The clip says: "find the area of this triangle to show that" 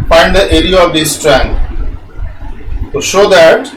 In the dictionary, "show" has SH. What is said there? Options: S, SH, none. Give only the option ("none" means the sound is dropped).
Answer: SH